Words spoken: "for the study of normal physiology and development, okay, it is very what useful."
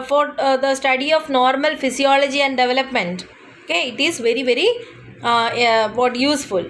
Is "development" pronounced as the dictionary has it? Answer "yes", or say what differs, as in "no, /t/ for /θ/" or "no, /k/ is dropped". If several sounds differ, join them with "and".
yes